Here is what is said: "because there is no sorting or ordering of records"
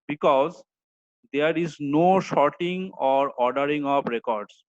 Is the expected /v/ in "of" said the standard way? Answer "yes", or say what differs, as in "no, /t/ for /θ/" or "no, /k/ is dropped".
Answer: no, /p/ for /v/